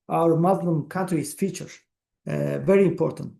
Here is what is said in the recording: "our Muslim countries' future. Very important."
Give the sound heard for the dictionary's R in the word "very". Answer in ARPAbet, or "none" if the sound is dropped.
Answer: R